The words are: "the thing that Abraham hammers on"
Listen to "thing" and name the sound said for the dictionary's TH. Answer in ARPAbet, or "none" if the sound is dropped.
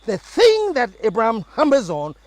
TH